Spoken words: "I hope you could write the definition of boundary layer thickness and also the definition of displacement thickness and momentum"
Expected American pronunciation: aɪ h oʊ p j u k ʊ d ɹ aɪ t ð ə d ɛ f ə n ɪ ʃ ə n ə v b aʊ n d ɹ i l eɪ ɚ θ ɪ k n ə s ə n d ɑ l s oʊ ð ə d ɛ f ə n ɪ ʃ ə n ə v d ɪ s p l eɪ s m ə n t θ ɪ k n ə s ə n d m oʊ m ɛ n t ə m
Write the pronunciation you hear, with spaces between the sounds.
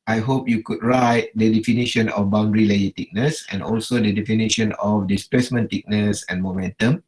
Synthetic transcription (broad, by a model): aɪ h oʊ p j u k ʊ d ɹ aɪ t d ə d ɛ f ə n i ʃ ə n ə f b aʊ n d ɹ i l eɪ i t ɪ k n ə s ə n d ɑ l s oʊ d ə d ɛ f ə n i ʃ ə n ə f d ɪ s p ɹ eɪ s m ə n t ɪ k n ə s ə n m oʊ m ɛ n t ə m